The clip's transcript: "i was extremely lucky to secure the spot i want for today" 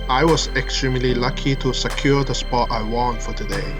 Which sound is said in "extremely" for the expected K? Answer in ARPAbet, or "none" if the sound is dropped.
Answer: K